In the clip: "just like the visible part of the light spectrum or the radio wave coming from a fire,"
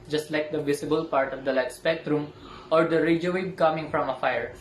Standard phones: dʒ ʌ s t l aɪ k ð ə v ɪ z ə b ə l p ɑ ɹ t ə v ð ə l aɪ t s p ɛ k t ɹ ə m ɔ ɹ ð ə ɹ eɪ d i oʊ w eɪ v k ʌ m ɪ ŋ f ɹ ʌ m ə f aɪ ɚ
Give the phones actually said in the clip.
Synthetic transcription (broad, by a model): dʒ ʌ s t l aɪ k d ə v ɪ s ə b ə l p ɑ ɹ t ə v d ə l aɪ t s p ɛ k t ɹ ə m ɔ ɹ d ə ɹ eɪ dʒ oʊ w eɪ b k ʌ m ɪ ŋ f ɹ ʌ m ə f aɪ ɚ